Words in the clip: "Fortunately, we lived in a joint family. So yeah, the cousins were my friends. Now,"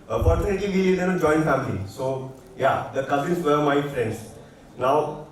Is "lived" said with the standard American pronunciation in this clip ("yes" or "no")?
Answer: no